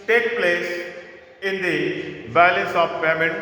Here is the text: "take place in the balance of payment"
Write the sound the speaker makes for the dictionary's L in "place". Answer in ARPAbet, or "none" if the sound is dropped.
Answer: L